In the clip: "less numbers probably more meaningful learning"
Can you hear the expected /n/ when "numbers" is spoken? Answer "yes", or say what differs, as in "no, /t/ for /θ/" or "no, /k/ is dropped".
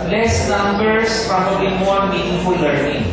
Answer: no, /l/ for /n/